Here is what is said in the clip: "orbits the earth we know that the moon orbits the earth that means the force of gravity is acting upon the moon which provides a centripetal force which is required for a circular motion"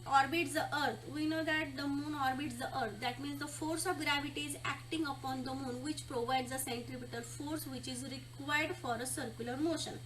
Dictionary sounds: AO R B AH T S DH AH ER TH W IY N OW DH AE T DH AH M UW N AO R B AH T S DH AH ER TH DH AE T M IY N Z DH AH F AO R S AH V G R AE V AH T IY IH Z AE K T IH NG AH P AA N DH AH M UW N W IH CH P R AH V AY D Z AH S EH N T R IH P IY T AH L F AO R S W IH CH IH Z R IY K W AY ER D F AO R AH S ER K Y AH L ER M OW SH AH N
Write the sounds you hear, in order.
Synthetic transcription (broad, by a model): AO R B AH T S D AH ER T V IY N OW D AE T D AH M UW N AO R B AH T S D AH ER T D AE T M IY N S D AH F AO R S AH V G R AE V AH T IY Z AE K T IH NG AH P AA N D AH M UW N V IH CH P R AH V AY D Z AH S EH N T R IH P IY T AH L F AO R S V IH CH IH Z R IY K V AY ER D F AO R AH S ER K Y AH L ER M OW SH AH N